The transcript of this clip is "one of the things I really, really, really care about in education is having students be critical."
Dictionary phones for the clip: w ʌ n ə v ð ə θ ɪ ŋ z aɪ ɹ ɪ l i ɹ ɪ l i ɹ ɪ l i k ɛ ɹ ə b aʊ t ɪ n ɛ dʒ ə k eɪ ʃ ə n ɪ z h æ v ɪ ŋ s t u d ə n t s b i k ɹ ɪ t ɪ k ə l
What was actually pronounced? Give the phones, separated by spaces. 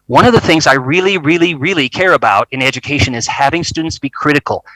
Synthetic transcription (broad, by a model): w ʌ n ə v ð ə θ ɪ ŋ z aɪ ɹ ɪ l i ɹ ɪ l i ɹ ɪ l i k ɛ ɹ ə b aʊ t ɪ n ɛ dʒ ə k eɪ ʃ ə n ɪ z h æ v ɪ ŋ s t u d n t s b i k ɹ ɪ t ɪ k l